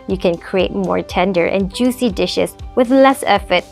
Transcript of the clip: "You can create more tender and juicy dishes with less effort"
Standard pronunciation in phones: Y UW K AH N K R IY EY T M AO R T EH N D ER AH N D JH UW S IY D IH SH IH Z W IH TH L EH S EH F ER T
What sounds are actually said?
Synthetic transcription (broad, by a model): Y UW K AH N K R IY EY T M AO R T EH N D ER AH N JH UW S IY D IH SH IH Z W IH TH L EH S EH F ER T